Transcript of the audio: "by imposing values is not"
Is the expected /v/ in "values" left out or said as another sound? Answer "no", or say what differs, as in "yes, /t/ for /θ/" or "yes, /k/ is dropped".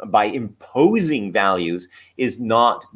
no